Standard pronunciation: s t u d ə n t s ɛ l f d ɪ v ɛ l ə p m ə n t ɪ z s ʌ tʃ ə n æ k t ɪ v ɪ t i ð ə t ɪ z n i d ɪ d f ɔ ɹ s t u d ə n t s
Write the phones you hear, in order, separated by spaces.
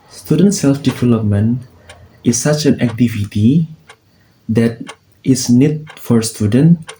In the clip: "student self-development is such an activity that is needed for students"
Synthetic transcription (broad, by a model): s t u d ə n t s ɛ l f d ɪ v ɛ l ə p m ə n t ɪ s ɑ tʃ ə n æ k t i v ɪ t i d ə t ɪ s n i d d f ɔ ɹ s t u d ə n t